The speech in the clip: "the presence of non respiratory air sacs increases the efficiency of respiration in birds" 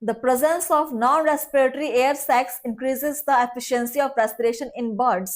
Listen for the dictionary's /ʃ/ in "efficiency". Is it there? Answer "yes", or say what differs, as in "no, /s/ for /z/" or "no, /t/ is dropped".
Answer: yes